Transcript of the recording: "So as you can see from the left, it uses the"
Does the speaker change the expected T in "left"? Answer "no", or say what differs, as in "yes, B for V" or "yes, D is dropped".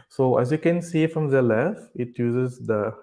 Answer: yes, T is dropped